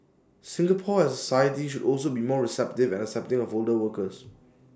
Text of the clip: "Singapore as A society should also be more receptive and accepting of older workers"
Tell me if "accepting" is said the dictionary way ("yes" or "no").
no